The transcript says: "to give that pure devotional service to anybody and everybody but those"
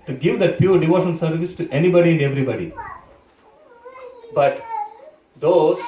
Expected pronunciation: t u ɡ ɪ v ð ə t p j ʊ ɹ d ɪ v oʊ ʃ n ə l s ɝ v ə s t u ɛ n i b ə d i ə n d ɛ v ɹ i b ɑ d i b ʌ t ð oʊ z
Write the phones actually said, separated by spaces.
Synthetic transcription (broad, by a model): t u ɡ ɪ v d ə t p j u ɹ d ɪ v oʊ ʃ ə n s ɝ v ə s t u ɛ n i b ə d i ə n d ɛ v ɹ i b ɑ d i b ʌ t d oʊ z